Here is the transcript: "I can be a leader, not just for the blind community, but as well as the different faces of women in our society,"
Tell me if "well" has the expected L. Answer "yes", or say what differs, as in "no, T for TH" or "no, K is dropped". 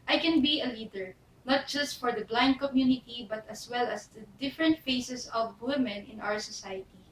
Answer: yes